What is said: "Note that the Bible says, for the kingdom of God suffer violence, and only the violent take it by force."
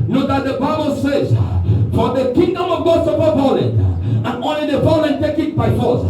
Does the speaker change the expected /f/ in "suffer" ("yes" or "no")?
yes